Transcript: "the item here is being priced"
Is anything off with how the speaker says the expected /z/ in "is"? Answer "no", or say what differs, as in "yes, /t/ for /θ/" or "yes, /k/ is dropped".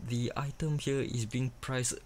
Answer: yes, /s/ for /z/